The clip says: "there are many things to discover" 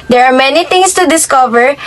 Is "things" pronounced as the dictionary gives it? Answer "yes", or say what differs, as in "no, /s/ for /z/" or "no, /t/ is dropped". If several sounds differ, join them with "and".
no, /t/ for /θ/ and /s/ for /z/